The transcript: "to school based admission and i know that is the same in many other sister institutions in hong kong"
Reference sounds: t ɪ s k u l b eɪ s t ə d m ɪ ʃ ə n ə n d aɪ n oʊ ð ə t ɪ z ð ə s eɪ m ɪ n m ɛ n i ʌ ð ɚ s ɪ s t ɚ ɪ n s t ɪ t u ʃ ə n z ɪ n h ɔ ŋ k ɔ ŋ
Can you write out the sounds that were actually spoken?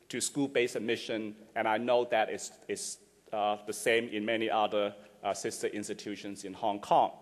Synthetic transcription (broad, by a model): t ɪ s k u l b eɪ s ə m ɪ ʃ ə n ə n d aɪ n oʊ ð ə t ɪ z ð ə s eɪ m ɪ n m ɛ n i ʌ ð ɚ s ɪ s t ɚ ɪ n s t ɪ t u ʃ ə n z ɪ n h ɔ ŋ k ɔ ŋ